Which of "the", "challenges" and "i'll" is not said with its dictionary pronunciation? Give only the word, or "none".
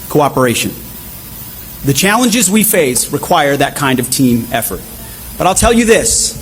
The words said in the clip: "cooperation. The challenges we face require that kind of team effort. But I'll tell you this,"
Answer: none